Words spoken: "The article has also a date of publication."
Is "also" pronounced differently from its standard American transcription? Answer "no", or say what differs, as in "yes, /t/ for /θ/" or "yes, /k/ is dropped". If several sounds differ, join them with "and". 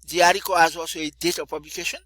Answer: yes, /l/ is dropped